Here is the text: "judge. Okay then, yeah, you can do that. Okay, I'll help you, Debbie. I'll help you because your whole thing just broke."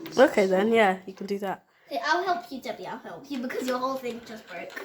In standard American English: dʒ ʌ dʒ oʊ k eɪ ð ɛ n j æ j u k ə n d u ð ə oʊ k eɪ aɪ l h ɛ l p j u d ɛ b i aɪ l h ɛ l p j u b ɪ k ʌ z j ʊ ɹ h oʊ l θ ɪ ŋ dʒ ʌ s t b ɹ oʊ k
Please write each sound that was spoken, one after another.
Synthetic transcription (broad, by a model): oʊ k eɪ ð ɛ n j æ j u k ə n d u ð ə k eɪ aɪ l h ɛ l p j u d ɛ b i aɪ l h ɛ l p j u b ɪ k ʌ z j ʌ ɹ h oʊ l θ ɪ ŋ dʒ ʌ s t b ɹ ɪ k